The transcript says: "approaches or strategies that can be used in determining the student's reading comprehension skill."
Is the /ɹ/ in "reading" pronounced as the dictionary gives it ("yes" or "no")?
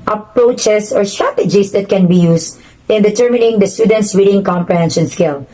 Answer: no